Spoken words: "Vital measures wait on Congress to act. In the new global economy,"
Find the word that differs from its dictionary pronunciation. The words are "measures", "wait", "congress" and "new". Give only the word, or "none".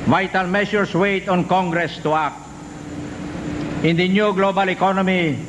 measures